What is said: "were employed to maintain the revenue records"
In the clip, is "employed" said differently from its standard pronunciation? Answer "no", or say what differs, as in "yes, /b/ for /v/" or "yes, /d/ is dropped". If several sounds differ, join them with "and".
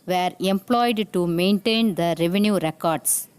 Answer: no